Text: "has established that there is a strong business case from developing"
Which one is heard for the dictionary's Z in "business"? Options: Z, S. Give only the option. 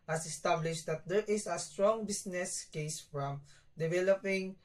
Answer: S